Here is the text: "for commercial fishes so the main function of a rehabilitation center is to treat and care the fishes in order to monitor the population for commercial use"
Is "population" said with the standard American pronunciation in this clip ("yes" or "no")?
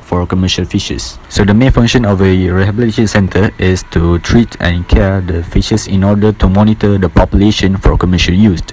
yes